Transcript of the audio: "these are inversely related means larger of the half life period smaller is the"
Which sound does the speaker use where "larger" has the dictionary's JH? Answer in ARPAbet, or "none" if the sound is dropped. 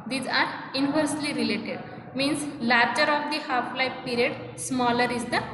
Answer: CH